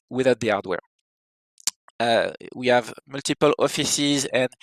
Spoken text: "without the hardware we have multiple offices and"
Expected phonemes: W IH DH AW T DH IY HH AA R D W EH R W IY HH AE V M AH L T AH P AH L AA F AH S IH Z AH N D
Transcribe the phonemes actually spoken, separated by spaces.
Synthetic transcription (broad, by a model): W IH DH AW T DH IY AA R D W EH R W IY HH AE V M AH L T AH P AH L AA F AH S IH Z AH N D